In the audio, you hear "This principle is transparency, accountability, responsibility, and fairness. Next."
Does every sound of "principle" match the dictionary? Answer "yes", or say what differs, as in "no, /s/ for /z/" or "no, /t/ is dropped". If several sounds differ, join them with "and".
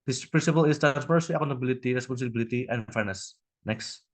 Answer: yes